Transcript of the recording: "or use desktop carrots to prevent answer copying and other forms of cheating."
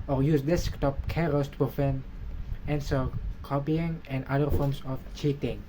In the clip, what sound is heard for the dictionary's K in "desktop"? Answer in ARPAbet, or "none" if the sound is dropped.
K